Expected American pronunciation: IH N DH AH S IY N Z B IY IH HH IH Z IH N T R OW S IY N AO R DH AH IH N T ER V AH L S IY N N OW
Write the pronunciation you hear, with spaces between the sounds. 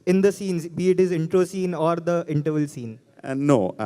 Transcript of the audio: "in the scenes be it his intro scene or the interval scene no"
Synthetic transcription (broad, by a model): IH N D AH S IY N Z B IY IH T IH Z IH N T R OW S IY N AO R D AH IH N T ER V AH L S IY N N OW